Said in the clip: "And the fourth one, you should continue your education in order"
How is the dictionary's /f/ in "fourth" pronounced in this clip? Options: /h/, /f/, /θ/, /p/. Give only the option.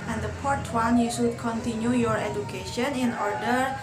/p/